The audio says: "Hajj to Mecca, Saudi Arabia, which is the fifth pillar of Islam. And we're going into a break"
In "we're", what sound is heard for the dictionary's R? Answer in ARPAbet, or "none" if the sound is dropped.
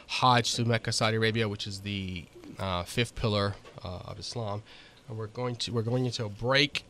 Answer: R